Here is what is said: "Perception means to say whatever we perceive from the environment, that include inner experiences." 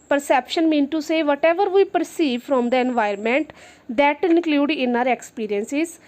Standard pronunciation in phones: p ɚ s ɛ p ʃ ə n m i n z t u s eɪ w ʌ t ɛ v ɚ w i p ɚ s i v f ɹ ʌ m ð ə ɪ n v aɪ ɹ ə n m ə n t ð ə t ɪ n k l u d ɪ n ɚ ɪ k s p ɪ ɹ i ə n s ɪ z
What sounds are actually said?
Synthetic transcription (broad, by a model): p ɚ s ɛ p ʃ ə n m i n t u s eɪ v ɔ t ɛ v ɚ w i p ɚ s i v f ɹ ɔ m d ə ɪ n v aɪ ə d m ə n t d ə t ɪ n k l u d ɪ n ɚ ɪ k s p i ɹ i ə n s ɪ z